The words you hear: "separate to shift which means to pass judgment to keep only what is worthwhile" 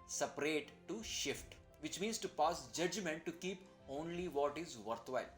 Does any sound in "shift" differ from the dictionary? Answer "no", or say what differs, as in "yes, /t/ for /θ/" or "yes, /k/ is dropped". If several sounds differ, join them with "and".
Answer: no